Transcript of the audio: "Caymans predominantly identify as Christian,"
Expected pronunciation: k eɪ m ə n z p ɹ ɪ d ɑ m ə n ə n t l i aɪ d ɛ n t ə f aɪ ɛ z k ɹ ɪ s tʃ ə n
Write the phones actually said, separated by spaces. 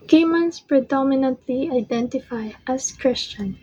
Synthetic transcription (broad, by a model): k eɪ m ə n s p ɹ ɪ d ɑ m ə n ə n t l i aɪ d ɛ n t ə f aɪ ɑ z k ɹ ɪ s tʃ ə n